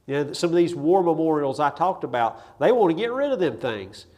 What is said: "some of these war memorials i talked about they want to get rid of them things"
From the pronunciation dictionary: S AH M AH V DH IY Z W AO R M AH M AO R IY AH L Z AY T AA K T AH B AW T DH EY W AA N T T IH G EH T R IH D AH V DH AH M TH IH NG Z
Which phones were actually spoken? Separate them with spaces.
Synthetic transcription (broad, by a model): S AH M AH V DH IY Z W AO R M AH M AO R IY L Z AY T AA K T AH B AW T DH EY W AA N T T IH G EH T R IH D AH V DH AH M TH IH NG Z